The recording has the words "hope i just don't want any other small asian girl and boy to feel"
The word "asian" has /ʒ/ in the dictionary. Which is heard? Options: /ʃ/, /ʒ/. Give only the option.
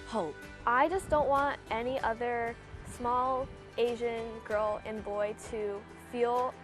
/ʒ/